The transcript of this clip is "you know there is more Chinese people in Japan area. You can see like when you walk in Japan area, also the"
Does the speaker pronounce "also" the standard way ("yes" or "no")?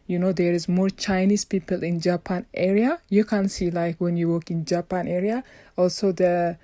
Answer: yes